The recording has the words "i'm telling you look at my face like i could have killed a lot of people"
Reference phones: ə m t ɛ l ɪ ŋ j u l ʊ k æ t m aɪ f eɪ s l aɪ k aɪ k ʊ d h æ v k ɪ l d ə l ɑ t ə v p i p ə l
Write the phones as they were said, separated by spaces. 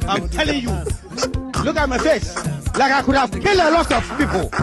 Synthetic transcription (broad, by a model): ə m t ɛ l ɪ ŋ j u l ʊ k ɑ t m aɪ f eɪ s l aɪ k aɪ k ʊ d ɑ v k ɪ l ə l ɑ t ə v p i p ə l